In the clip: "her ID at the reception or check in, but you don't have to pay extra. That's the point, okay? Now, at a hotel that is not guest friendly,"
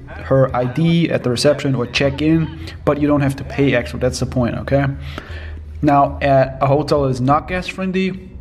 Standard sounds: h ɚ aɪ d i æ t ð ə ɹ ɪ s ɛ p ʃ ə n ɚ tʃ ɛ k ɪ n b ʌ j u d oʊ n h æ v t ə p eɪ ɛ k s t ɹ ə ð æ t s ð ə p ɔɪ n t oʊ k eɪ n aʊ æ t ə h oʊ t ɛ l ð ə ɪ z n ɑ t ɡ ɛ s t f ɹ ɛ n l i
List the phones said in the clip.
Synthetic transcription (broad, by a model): h ɚ aɪ d i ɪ t ð ə ɹ ɪ s ɛ p ʃ ə n ɚ tʃ ɛ k ɪ n b ʌ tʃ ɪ d oʊ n h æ f t ə p eɪ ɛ k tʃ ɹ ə ð æ t s ð ə p ɔɪ n t oʊ k eɪ n aʊ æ t ə h oʊ t ɛ l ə ɪ z n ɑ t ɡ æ s f ɹ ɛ n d i